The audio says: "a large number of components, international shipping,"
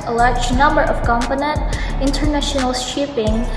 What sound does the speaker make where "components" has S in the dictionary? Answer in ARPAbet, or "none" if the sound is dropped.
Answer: none